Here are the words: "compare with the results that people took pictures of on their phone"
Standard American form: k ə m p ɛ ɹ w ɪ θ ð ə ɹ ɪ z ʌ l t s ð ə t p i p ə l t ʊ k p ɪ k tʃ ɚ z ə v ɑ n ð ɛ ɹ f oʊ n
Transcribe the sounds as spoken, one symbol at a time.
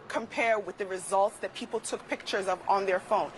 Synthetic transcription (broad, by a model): k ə m p ɛ ɹ w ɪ ð ə ɹ ɪ z ʌ l t s ð ə t p i p l t ʊ k p ɪ k tʃ ɚ z ə v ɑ n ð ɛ ɹ f oʊ n